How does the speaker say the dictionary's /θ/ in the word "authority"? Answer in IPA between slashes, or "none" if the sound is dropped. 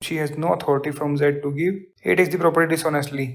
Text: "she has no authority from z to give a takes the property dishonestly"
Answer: /t/